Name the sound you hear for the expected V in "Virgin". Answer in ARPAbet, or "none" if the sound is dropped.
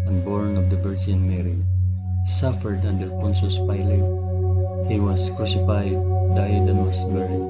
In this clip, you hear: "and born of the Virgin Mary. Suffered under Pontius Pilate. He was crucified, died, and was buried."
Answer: B